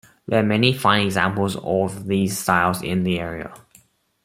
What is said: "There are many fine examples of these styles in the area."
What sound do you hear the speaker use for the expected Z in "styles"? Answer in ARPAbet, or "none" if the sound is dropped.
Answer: Z